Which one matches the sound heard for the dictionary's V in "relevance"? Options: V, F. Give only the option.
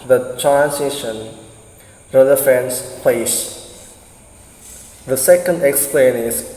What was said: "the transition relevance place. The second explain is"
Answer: F